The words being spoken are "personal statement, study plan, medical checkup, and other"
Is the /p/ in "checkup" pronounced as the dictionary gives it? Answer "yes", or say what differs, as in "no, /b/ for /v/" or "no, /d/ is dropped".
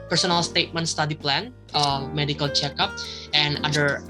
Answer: yes